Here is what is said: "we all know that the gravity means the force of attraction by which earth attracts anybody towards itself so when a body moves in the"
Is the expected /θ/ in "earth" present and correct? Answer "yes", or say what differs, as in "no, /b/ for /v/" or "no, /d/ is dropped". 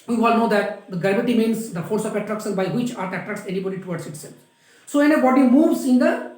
no, /t/ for /θ/